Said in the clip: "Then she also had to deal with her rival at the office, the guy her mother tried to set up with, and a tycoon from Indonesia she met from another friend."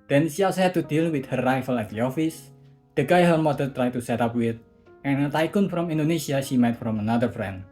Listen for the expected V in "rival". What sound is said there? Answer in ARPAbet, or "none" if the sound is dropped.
F